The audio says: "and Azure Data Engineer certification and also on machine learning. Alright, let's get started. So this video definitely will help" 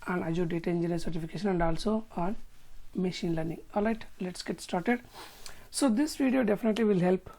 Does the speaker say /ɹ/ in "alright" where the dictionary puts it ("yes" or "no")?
no